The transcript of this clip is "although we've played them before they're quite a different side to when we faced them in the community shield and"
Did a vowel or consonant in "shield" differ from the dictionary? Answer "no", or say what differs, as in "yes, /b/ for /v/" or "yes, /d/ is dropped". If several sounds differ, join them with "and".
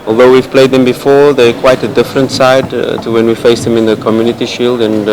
no